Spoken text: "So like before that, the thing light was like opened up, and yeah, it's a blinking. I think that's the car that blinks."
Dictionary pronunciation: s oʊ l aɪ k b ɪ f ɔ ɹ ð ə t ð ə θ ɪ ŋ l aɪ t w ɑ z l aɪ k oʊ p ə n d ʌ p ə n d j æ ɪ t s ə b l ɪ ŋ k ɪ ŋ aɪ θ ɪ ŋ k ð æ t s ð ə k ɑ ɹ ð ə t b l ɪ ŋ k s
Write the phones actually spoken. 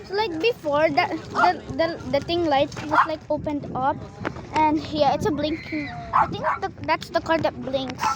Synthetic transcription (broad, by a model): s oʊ l aɪ k b ɪ f ɔ ɹ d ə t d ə t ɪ ŋ l aɪ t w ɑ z l aɪ k oʊ p ə n d ʌ p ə n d j æ ɪ t s ə b l ɪ ŋ k ɪ ŋ aɪ t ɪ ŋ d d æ t s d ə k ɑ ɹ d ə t b l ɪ ŋ k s